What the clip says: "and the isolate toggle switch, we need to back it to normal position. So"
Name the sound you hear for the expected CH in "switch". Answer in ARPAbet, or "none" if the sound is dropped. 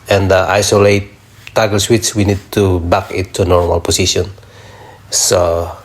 S